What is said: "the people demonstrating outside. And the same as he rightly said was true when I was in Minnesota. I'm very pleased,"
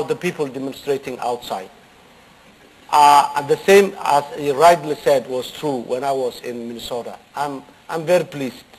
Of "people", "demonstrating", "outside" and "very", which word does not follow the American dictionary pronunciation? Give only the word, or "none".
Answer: outside